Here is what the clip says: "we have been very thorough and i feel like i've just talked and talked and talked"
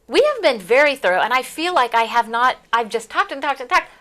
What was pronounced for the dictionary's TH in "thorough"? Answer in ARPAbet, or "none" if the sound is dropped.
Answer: TH